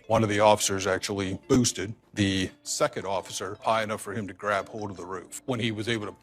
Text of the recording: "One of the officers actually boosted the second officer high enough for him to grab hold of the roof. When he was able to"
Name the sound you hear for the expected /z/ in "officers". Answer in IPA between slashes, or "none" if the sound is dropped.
/z/